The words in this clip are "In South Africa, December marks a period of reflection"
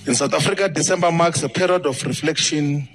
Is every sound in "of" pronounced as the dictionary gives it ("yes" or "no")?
no